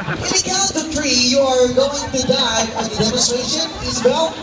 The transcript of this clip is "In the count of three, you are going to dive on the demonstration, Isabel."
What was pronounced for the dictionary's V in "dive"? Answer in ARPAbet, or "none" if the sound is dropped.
none